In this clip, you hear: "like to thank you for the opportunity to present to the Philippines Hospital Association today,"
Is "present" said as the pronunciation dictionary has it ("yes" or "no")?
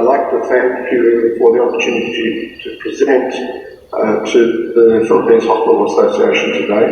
yes